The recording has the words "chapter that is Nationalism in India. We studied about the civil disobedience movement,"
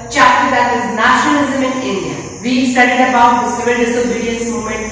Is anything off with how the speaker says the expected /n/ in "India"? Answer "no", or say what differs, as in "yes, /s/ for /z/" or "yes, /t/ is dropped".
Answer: yes, /n/ is dropped